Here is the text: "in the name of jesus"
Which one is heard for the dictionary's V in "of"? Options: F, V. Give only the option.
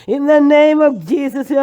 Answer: V